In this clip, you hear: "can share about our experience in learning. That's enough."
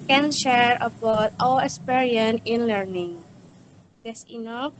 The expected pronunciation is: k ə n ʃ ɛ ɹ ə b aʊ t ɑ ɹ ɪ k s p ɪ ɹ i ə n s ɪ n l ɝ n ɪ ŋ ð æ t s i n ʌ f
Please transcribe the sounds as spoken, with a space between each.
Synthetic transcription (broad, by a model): k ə n ʃ ɛ ɹ ə b aʊ t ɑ l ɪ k s p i ɹ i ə n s ɪ n l ɝ n ɪ ŋ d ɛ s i n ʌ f